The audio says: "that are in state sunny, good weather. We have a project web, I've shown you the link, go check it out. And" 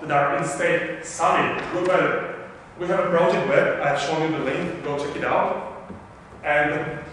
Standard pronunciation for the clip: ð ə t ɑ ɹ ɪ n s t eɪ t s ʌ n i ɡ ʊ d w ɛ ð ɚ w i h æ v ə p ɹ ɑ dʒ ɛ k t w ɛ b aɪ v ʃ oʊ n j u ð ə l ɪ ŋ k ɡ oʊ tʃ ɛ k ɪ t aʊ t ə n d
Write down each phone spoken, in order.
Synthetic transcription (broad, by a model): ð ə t ɑ ɹ ɪ n s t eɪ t s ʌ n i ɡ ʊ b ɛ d w i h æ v ə b ɹ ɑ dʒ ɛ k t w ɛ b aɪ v ʃ oʊ n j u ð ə l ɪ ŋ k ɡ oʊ tʃ ɛ k ɪ t aʊ t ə n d